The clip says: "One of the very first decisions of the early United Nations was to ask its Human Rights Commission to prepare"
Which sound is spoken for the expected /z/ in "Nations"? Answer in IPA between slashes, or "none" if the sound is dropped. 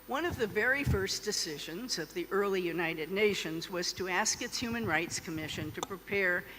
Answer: /z/